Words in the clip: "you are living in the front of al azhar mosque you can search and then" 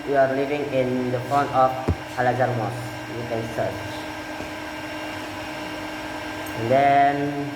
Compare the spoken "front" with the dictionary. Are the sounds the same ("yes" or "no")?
no